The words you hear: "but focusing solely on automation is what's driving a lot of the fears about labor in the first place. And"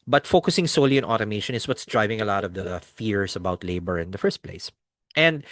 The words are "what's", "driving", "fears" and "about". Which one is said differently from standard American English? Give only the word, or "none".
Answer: fears